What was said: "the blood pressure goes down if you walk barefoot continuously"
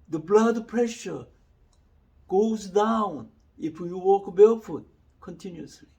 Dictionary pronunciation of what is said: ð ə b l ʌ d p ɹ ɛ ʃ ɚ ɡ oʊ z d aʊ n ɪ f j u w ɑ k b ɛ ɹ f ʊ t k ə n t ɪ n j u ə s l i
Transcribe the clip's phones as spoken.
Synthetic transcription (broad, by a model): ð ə b l ʌ d p ɹ ɛ ʃ ɚ ɡ oʊ z d aʊ n ɪ f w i w ɑ k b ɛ l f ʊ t k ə n t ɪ n j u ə s l i